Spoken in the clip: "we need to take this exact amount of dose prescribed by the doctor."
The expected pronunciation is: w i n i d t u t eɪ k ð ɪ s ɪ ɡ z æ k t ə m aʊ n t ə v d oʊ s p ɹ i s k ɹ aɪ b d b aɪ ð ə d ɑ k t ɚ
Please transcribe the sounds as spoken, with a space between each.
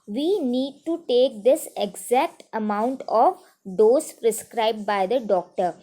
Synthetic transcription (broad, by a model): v i n i d t u t eɪ k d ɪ s ɪ ɡ z æ k t ə m aʊ n t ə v d oʊ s p ɹ i s k ɹ aɪ b d b aɪ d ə d ɑ k t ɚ